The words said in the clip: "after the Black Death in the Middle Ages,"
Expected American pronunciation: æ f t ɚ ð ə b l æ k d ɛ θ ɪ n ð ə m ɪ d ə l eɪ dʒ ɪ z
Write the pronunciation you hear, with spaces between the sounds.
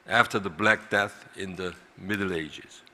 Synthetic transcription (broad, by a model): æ f t ɚ ð ə b l æ k d ɛ θ ɪ n ð ə m ɪ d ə l eɪ dʒ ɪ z